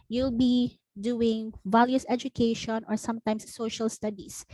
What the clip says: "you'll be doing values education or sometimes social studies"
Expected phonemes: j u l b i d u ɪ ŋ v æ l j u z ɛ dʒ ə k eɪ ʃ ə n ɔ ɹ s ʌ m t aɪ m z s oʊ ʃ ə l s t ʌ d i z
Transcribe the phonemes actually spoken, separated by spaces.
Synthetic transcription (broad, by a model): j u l b i d u ɪ ŋ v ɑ l j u s ɛ dʒ ə k eɪ ʃ ə n ɔ ɹ s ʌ m t aɪ m s oʊ ʃ ə l s t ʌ d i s